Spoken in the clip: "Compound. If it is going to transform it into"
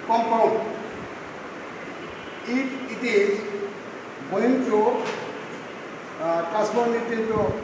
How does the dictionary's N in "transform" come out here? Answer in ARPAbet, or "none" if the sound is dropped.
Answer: none